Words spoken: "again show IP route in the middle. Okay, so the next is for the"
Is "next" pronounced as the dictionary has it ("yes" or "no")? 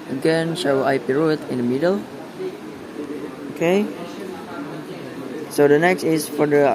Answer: yes